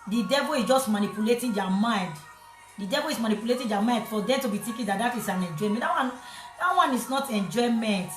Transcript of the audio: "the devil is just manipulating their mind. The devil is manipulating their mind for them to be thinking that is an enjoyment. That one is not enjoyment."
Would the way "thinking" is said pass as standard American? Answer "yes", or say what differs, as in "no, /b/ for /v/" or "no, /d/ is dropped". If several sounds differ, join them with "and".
no, /t/ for /θ/